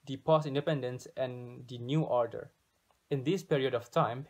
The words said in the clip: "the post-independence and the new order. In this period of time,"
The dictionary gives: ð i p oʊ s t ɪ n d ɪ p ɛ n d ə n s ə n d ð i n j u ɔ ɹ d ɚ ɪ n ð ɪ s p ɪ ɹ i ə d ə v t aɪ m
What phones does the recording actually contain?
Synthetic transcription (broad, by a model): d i p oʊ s ɪ n d ɪ p ɛ n d ə n s ə n d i n j u ɔ ɹ d ɚ ɪ n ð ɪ s p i ɹ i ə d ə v t aɪ m